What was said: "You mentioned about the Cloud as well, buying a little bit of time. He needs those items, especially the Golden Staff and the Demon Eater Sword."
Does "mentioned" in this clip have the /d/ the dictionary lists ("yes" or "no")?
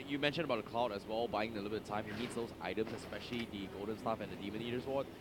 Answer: no